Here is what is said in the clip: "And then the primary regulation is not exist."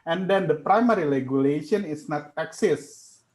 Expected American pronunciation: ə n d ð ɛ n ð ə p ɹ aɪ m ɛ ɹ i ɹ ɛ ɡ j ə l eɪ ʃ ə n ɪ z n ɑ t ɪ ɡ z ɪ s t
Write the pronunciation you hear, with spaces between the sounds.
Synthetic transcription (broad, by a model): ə n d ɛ n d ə p ɹ aɪ m ɛ ɹ i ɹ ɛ ɡ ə l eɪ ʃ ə n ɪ s n ɑ t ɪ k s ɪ s